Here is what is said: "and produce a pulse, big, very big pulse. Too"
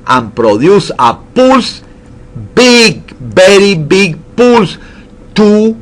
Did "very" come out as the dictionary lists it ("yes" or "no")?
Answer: no